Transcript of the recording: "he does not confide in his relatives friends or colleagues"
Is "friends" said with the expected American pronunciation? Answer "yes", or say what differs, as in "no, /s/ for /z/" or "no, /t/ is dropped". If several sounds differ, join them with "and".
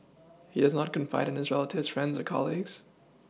yes